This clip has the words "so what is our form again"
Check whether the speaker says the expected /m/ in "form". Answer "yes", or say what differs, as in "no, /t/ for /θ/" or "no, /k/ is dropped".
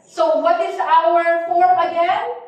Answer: no, /m/ is dropped